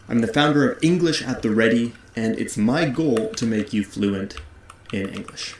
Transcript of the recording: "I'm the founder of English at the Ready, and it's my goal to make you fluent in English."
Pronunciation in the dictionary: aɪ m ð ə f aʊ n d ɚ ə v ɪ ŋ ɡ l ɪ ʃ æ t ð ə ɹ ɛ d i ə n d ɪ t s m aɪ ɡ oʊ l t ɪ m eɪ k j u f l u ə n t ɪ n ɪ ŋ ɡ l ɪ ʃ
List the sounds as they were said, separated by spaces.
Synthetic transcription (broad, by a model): aɪ m ð ə f aʊ n d ɚ ə v ɪ ŋ ɡ l ɪ ʃ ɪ t ð ə ɹ ɛ d i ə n ɪ t s m aɪ ɡ oʊ l t ɪ m eɪ k j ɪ f l u ə n t ɪ n ɪ ŋ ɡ l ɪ ʃ